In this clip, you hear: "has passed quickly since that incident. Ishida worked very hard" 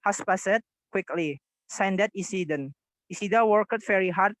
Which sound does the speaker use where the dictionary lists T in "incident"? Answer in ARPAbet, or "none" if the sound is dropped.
none